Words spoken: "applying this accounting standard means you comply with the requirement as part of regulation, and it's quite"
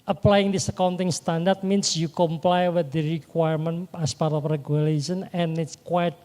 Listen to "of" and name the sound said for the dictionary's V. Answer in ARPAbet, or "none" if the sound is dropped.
P